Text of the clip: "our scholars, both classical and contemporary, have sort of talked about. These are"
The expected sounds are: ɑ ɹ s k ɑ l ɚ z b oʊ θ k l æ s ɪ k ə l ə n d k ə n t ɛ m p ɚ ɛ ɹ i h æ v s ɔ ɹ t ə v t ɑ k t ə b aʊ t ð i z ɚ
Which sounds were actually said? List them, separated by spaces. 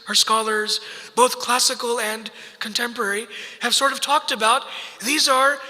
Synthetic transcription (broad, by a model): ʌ ɹ s k ɑ l ɚ z b oʊ θ k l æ s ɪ k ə l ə n k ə n t ɛ m p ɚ ɛ ɹ i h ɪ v s ɔ ɹ t ə v t ɑ k t ə b aʊ t ð i z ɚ